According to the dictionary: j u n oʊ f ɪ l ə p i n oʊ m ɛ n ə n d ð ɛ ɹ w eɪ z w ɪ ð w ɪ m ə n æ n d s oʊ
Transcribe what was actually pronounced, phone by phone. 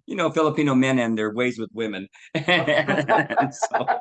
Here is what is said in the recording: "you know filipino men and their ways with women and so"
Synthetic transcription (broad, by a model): j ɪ n oʊ f ɪ l ə p i n oʊ m ɛ n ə n ð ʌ ɹ w eɪ z w ɪ ð w ɪ m ə n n s oʊ